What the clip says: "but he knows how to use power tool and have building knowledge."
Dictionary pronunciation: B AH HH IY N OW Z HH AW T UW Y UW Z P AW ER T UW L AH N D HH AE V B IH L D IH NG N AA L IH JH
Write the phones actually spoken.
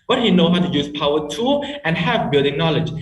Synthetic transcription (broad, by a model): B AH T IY N OW HH AW T UW Y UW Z P AW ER T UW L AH N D HH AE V B IH L D IH NG N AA L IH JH